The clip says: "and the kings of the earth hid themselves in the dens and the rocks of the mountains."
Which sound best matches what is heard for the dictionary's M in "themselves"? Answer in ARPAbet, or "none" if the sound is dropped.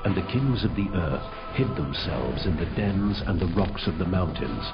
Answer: M